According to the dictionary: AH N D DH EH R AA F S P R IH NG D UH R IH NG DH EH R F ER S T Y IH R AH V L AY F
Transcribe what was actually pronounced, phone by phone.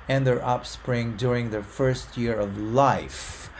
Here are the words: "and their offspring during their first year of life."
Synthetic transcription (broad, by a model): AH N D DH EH R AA P S P R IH NG D UH R IH NG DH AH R F ER S T Y IH R AH V L AY F